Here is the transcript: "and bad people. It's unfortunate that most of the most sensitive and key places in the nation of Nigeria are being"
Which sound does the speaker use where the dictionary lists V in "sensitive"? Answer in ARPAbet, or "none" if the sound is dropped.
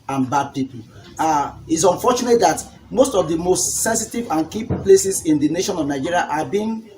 V